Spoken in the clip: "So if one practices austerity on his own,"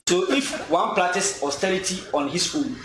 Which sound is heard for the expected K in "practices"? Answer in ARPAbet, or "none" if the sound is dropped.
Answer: none